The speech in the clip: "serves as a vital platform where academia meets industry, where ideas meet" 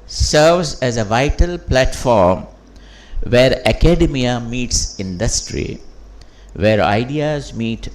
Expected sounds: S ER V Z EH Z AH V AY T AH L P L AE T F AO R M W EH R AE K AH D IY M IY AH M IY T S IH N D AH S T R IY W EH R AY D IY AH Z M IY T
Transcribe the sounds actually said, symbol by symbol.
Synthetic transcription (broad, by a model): S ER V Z EH Z AH V AY T AH L P L AE T F AO R M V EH R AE K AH D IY M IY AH M IY T S IH N D AH S T R IY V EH R AY D IY AH Z M IY T